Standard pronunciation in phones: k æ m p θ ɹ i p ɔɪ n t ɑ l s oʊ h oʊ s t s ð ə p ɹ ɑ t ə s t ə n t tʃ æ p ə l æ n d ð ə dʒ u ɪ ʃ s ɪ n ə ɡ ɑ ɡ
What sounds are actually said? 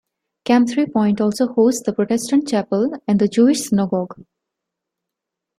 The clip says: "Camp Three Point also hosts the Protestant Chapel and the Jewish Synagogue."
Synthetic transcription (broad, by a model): k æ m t ɹ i p ɔɪ n t ɑ l s oʊ h oʊ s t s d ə p ɹ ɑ t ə s t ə n t tʃ æ p ə l æ n d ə dʒ u ɪ ʃ s ɪ n ə ɡ ɑ ɡ